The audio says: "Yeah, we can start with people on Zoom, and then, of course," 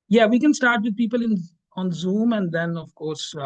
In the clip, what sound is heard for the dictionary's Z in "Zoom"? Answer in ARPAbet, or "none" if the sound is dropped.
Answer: Z